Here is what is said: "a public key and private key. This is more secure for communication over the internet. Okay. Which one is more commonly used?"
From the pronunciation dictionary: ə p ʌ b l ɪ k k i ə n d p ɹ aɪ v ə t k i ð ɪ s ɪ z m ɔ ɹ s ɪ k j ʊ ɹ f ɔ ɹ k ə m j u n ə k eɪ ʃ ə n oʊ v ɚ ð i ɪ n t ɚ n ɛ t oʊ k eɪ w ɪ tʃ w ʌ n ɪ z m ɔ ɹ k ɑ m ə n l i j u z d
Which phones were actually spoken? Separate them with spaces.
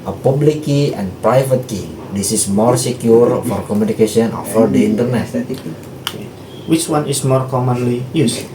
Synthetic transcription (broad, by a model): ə p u b l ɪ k k i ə n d p ɹ aɪ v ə t k i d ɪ s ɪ s m ɔ ɹ s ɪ k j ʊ ɹ f ɔ ɹ k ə m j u n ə k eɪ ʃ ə n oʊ f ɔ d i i n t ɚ n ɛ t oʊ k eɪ w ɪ tʃ w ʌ n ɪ s m ɔ ɹ k ɑ m ə n l i j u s